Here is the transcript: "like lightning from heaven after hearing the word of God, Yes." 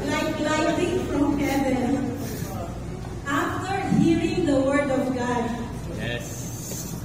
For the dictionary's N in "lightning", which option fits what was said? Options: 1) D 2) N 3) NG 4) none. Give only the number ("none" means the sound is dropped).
4